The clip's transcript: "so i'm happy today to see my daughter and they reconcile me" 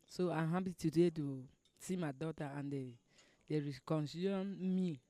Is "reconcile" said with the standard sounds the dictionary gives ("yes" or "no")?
no